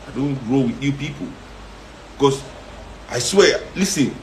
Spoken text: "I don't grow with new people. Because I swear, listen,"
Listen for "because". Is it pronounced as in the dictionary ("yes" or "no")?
no